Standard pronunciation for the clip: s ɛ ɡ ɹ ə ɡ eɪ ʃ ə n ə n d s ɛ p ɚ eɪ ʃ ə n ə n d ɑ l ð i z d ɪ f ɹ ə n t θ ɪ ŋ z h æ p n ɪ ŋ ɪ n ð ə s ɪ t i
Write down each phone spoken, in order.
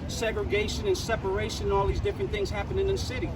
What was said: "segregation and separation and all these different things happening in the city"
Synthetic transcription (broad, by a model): s ɛ ɡ ɹ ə ɡ eɪ ʃ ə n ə n s ɛ p ɚ eɪ ʃ ə n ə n ɑ l ð i z d ɪ f ɹ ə n θ ɪ ŋ z h æ p ɪ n ɪ n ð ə s ɪ t i